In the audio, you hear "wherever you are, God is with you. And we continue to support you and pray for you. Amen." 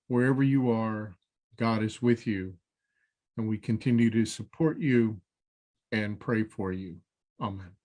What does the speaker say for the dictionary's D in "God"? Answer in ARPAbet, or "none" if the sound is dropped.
D